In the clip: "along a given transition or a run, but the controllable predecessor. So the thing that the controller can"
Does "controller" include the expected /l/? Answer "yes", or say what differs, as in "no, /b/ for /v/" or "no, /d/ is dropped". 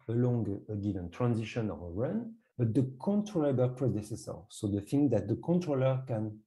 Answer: yes